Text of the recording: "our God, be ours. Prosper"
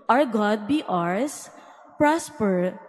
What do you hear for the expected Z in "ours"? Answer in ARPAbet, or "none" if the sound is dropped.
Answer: S